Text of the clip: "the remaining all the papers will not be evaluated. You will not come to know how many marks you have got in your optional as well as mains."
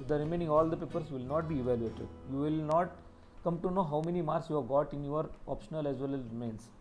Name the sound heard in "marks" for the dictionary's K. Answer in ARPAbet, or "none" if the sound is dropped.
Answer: none